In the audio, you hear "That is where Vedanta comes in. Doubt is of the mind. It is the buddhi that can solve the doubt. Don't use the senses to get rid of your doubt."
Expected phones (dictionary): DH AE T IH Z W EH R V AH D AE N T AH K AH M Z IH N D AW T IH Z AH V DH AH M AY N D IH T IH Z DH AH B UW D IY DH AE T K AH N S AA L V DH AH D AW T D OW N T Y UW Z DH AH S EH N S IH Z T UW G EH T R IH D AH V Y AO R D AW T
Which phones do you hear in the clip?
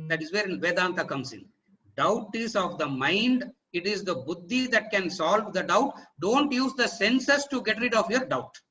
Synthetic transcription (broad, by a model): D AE T IH Z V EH R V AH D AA N T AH K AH M S IH N D AW T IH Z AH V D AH M AY N D IH T IH Z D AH B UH D IY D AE T K AH N S AA L V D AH D AW T D OW N T Y UW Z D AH S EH N S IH S T UW G EH T R IH D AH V Y AO R D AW T